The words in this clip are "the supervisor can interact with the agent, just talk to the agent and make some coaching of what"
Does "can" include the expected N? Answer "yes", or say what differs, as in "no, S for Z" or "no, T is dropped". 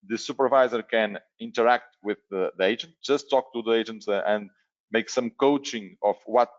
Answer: yes